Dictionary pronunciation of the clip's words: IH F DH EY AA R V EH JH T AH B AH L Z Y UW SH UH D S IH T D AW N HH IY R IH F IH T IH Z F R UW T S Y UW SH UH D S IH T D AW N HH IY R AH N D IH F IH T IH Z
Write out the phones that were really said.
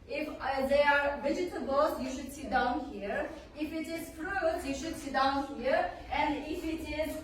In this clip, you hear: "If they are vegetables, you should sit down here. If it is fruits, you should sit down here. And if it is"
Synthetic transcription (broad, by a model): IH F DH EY AA R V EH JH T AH B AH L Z Y UW SH UH D S IH T D AW N HH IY R IH F IH T IH Z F R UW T Y UW SH UH D S IH T D AW N HH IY R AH N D IH F IH T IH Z